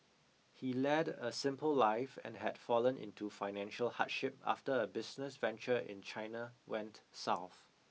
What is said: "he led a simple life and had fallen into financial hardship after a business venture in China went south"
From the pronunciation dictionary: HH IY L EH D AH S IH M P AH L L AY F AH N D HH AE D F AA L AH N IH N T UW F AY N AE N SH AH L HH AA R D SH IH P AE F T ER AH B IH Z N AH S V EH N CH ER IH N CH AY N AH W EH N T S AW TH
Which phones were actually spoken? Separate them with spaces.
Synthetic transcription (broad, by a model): HH IY L EH D AH S IH M P AH L L AY F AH N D HH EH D F AA L AH N IH N T UW F AY N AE N SH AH L HH AA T SH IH P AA F T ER AH B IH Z N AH S V EH N CH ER IH N CH AY N AH W EH N T S AW TH